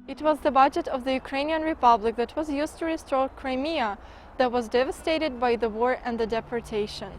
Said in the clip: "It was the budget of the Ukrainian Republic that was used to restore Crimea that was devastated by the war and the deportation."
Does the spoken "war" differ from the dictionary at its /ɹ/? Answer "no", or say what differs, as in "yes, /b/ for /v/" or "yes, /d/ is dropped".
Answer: no